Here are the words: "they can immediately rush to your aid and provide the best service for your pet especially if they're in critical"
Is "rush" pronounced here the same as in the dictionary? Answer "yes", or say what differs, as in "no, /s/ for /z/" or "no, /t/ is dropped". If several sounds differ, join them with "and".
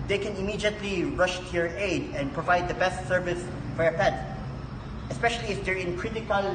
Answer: yes